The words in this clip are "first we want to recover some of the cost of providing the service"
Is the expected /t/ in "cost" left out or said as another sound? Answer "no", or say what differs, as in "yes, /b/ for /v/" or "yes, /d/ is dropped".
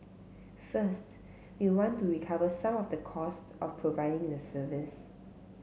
no